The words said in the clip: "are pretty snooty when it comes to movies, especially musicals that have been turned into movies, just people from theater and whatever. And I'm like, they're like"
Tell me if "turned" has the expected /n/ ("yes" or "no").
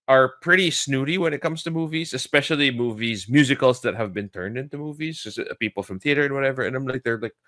yes